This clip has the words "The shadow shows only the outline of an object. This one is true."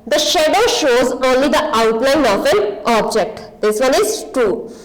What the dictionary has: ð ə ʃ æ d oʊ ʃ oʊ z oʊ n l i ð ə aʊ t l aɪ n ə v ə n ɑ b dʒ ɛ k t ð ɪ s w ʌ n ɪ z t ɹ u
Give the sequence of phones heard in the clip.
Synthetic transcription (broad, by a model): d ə ʃ æ d oʊ ʃ oʊ z oʊ n l i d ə aʊ t l aɪ n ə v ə n ɑ b dʒ ɛ k t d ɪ s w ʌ n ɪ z t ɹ u